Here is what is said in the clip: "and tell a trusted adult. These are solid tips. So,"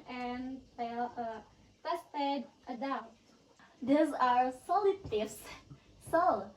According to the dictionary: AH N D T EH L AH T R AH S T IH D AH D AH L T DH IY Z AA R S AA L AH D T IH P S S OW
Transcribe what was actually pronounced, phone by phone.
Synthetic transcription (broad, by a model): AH N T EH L AH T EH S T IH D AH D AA T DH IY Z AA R S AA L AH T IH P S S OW